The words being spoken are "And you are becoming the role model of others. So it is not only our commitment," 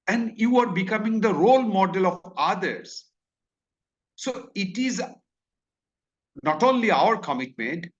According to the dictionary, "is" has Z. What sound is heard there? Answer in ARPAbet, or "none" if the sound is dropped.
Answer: Z